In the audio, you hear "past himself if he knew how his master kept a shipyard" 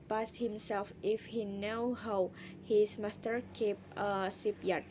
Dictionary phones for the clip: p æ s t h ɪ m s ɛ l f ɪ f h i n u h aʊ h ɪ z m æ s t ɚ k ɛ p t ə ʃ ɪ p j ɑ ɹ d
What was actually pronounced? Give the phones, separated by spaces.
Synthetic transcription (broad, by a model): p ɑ s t h ɪ m s ɛ l f ɪ f h i n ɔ h aʊ h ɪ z m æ s t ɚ k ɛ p ə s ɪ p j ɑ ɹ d